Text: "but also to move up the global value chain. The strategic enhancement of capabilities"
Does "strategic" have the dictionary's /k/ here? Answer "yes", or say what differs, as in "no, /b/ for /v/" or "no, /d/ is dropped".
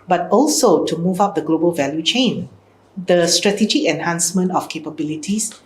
no, /k/ is dropped